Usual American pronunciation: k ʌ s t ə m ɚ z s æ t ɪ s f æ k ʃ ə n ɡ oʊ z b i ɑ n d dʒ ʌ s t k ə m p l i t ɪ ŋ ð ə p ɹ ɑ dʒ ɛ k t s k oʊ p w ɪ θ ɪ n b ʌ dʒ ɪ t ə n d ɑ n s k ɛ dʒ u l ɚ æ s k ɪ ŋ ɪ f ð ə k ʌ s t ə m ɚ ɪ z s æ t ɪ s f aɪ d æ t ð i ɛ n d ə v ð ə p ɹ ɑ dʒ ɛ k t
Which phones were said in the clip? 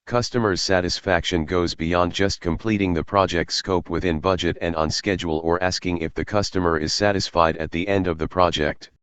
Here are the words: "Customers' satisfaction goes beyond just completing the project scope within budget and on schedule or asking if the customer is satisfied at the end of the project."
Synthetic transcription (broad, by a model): k ʌ s t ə m ɚ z s æ t ɪ s f æ k ʃ ə n ɡ oʊ z b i ɑ n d dʒ ʌ s t k ə m p l i t ɪ ŋ ð ə p ɹ ɑ dʒ ɛ k t s k oʊ p w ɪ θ ɪ n b ʌ dʒ ɪ t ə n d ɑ n s k ɛ dʒ u l ɚ æ s k ɪ ŋ ɪ f ð ə k ʌ s t ə m ɚ ɪ z s æ t ɪ s f aɪ d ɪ t ð i ɛ n d ə v ð ə p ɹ ɑ dʒ ɛ k t